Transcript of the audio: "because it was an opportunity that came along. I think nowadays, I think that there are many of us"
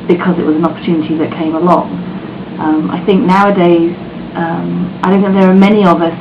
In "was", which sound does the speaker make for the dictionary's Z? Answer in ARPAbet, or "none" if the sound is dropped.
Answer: Z